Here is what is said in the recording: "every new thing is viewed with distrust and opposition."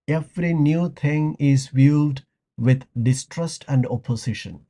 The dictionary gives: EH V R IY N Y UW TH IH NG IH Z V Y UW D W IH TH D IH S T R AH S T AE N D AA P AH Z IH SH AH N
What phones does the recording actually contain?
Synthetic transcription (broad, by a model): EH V R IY N Y UW T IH NG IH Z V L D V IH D D IH S T R AH S T AE N D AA P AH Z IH SH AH N